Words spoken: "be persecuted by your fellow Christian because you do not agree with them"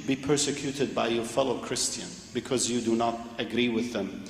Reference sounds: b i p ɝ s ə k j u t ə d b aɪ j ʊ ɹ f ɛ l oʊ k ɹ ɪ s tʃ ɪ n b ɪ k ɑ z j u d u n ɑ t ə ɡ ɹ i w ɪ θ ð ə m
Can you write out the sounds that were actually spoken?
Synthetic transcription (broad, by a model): b i p ɝ s ə k j u t ə d b aɪ j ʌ ɹ f ɛ l oʊ k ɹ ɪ s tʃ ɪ n b ɪ k ɑ z j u d u n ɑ t ə ɡ ɹ i w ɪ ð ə m